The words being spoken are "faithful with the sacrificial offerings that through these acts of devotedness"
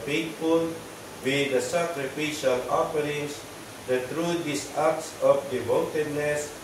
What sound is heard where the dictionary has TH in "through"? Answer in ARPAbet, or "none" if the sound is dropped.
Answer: T